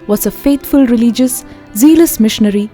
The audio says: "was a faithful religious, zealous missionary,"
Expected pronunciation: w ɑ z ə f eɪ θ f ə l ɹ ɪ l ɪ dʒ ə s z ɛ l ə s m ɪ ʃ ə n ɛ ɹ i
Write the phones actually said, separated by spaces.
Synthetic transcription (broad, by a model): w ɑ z ə f eɪ t f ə l ɹ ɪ l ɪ dʒ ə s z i l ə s m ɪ ʃ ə n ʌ ɹ i